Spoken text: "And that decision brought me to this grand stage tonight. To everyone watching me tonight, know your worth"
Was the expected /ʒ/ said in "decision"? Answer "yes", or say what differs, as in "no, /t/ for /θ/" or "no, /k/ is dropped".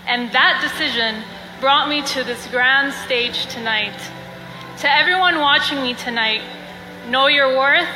yes